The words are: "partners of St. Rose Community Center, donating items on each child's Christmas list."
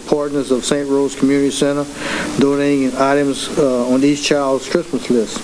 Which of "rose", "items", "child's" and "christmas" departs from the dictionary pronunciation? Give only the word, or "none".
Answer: none